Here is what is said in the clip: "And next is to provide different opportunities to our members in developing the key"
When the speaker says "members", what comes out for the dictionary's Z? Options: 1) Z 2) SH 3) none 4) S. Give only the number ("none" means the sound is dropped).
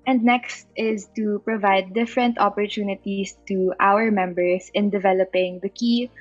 4